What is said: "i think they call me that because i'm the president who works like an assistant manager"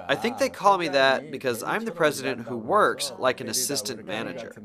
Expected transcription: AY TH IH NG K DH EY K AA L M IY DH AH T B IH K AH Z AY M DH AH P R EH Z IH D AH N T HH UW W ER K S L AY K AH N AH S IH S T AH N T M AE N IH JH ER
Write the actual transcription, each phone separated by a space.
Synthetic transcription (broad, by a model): AY TH IH NG K DH EY K AA L M IY DH AH T B IH K AH Z AY M DH AH P R EH Z IH D AH N T HH UW W ER K S L AY K AH N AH S IH S T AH N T M AE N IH JH ER